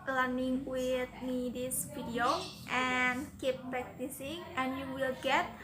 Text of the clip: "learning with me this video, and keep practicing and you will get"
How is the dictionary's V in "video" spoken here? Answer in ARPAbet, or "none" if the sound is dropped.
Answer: F